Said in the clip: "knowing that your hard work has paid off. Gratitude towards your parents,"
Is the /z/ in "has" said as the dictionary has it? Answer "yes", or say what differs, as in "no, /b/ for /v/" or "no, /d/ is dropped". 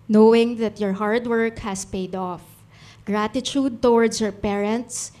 no, /s/ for /z/